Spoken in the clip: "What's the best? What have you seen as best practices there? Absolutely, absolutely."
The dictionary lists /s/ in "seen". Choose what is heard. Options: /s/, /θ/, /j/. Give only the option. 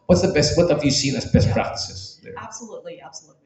/s/